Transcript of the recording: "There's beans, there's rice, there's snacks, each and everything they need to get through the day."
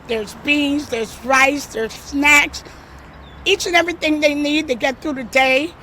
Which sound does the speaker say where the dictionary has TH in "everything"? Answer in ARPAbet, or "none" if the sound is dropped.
TH